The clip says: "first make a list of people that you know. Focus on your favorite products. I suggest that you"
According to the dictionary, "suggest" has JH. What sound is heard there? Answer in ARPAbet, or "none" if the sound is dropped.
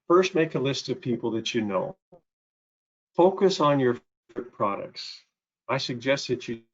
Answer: JH